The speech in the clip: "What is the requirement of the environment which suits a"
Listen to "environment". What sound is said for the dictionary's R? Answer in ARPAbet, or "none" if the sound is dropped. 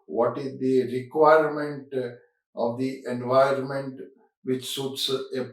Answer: none